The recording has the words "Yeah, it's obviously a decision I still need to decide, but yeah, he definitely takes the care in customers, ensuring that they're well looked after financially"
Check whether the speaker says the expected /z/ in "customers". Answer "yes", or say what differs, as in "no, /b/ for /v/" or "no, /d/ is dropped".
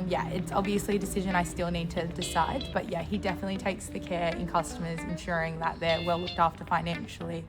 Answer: yes